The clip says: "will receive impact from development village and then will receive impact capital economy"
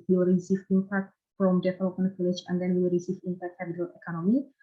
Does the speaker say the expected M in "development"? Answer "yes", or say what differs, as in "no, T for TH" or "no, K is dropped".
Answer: no, M is dropped